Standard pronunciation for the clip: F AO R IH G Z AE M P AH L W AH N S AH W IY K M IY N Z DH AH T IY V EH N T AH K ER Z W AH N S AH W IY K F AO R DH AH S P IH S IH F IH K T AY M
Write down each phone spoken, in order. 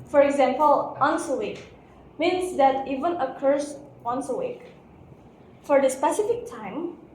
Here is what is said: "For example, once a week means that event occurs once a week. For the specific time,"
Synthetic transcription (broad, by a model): F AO R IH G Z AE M P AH L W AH N S AH W IY K M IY N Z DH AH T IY V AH N AH K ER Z W AH N S AH W IY K F AO R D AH S P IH S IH F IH K T AY M